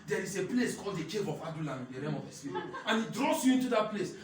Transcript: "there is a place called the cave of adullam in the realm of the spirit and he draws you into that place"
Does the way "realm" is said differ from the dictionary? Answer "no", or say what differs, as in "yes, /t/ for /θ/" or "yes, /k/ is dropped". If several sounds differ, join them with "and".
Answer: yes, /l/ is dropped